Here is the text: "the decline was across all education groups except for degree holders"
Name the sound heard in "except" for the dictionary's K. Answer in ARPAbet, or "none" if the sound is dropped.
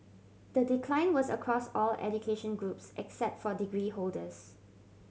K